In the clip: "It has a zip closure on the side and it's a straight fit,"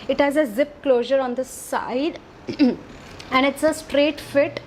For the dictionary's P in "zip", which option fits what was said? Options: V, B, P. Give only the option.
P